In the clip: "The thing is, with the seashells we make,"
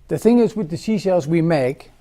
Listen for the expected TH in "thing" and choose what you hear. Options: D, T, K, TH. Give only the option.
TH